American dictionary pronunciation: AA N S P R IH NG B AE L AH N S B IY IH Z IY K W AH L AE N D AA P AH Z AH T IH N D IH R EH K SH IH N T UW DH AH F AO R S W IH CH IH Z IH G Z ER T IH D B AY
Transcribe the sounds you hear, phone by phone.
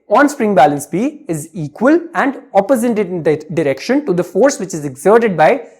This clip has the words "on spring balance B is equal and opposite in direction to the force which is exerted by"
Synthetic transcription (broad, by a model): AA N S P R IH NG B AE L AH N S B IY IH Z IY K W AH L AE N D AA P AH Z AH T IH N D IH R EH K SH IH N T UW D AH F AO R S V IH CH IH Z IH G Z ER T IH D B AY